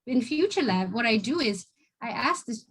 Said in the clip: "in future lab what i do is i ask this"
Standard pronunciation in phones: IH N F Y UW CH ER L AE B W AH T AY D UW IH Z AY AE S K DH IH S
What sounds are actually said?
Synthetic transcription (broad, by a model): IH N F Y UW CH ER L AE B W AH T AY D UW IH Z AY AE S K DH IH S